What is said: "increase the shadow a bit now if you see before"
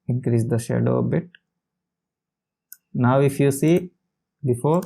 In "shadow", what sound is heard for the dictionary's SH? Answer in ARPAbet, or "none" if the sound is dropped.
SH